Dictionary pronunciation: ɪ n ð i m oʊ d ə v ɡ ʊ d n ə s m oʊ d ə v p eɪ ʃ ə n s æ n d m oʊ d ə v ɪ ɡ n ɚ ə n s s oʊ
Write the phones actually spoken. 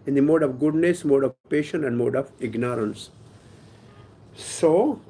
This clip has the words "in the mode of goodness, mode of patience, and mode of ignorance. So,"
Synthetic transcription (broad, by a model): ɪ n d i m oʊ d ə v ɡ ʊ d n ə s m oʊ d ə v p eɪ ʃ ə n æ n d m oʊ d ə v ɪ ɡ n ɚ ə n s s oʊ